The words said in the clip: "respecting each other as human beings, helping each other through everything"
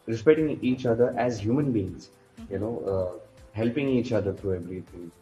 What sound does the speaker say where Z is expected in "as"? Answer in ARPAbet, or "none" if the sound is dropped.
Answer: Z